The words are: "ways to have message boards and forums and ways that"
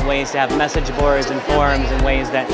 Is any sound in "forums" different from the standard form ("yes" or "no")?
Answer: no